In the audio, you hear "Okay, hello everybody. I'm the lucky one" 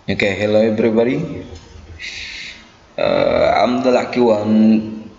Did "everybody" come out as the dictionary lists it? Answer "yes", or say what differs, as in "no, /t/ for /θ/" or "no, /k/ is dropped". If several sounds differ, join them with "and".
no, /b/ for /v/